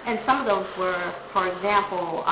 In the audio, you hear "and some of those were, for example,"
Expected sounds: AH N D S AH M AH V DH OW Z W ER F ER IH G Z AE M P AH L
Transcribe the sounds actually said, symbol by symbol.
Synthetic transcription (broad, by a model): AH N S AH M AH V DH OW Z W ER F ER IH G Z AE M P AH L